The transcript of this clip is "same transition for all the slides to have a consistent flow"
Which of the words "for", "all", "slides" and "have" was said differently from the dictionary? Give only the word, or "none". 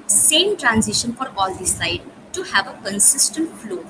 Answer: slides